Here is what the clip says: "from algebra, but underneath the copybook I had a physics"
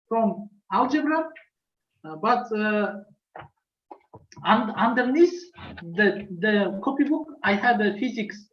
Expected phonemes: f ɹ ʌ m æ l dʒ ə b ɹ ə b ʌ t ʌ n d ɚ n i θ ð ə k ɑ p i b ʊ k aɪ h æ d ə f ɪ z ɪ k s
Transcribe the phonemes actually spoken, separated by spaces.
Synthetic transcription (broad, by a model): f ɹ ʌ m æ l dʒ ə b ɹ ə b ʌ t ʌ n d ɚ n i s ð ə k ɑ p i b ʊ k aɪ h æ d ə f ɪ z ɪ k s